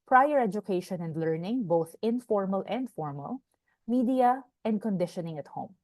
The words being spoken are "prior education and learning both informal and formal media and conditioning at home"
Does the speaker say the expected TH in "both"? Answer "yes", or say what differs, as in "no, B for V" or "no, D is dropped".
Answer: yes